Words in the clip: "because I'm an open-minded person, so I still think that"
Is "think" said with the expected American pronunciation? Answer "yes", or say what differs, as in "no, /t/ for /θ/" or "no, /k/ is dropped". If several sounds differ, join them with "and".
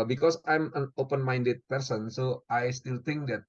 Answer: no, /t/ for /θ/